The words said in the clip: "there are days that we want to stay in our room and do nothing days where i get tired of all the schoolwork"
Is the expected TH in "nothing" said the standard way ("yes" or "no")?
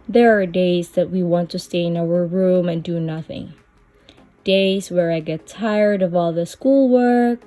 yes